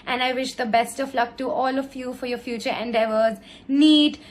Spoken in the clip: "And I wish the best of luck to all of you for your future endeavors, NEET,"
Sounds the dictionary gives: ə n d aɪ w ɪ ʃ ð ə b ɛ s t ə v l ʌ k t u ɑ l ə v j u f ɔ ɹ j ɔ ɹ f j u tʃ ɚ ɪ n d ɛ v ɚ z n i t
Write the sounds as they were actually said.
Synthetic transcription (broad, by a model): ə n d aɪ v ɪ ʃ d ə b ɛ s t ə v l ʌ k t u ɑ l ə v j u f ɔ ɹ j ɔ ɹ f j u tʃ ɚ ɪ n d ɛ v ɚ z n i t